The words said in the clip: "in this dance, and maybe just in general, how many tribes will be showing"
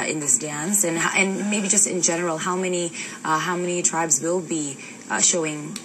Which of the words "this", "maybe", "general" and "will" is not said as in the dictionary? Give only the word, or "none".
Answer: general